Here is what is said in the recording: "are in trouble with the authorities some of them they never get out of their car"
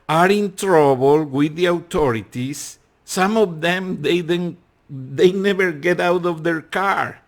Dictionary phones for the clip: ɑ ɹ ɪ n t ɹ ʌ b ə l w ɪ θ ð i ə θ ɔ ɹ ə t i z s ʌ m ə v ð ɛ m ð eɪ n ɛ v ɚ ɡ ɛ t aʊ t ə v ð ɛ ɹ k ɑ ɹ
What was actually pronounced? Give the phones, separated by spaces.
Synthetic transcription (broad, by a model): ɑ ɹ ɪ n t ɹ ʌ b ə l w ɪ ð i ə t ɔ ɹ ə t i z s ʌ m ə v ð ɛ m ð eɪ n ɛ v ɚ ɡ ɛ t aʊ t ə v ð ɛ ɹ k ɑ ɹ